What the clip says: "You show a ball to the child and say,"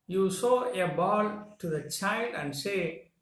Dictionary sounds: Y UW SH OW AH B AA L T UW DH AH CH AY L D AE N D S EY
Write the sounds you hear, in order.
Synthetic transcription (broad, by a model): Y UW S OW AH B AA L T UW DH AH CH AY L D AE N D S EY